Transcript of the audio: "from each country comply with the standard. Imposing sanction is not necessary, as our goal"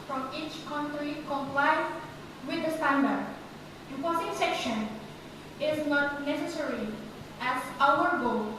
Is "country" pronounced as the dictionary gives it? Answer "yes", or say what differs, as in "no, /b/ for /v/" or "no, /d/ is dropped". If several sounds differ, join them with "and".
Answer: yes